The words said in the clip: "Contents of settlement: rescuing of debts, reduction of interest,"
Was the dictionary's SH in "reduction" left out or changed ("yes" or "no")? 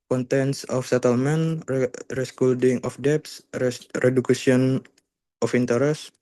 yes